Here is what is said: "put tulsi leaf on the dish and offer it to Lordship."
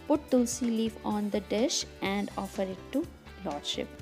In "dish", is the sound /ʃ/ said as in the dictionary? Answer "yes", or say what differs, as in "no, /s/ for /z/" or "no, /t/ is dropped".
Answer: yes